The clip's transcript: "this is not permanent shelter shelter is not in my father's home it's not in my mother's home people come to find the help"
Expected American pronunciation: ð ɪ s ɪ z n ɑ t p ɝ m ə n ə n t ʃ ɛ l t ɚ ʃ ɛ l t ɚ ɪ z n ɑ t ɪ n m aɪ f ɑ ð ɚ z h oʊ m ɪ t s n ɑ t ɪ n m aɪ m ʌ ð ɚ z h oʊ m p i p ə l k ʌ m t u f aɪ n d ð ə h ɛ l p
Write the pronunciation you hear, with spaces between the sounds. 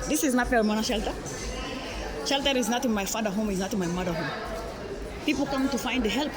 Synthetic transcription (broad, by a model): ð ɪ s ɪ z n ɑ t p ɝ m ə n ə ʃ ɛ l t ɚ ʃ ɛ l t ɚ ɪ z n ɑ t ɪ n m aɪ f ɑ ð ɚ h oʊ m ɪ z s n ɑ t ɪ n m aɪ m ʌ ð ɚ h oʊ m p i p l k ʌ m t u f aɪ n d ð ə h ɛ l p